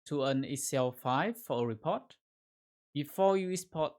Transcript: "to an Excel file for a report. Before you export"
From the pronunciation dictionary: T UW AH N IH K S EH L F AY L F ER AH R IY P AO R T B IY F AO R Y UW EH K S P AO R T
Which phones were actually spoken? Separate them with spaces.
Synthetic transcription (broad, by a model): T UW AH N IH S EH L F AY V F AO AH R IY P AO T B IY F AO Y UW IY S P AO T